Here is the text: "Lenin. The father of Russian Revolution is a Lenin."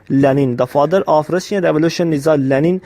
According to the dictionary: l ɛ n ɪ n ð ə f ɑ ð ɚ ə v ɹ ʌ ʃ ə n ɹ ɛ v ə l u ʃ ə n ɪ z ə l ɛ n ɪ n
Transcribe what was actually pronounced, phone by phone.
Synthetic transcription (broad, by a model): l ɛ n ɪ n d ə f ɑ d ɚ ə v ɹ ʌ s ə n ɹ ɛ v ə l u ʃ ə n ɪ z ə l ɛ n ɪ n